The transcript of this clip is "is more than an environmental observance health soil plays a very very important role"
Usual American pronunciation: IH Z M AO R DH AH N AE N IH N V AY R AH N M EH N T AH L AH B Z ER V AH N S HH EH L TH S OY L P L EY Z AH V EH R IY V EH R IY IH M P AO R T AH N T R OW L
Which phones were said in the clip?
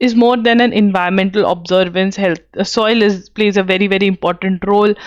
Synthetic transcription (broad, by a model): IH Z M AO R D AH N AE N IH N V AY AH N M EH N T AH L AH B Z ER V AH N S HH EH L T S OY L P L EY Z AH V EH R IY V EH R IY IH M P AO R T AH N T R OW L